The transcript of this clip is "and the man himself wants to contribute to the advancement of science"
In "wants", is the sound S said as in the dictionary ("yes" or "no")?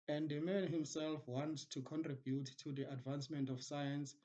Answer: no